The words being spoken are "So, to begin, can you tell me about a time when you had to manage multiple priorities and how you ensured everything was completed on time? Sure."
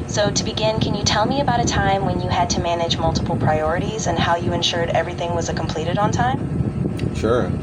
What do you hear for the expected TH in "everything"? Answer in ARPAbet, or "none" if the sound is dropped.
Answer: TH